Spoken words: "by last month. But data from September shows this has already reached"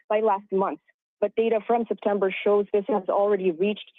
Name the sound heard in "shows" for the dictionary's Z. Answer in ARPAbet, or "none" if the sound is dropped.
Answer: Z